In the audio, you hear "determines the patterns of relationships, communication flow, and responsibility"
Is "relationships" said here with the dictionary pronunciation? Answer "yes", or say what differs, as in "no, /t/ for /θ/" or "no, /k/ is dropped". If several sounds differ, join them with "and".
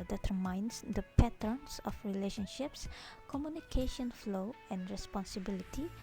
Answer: yes